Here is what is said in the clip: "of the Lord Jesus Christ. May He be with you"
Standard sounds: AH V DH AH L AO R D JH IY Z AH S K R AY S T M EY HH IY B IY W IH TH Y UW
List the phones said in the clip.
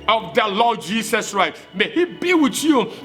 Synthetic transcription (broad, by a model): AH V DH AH L AO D JH IY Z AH S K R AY T M EY HH IY B IY W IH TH Y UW